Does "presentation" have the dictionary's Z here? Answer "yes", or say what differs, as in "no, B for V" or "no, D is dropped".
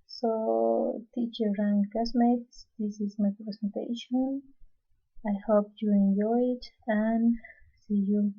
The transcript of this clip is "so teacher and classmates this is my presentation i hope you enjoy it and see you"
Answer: no, S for Z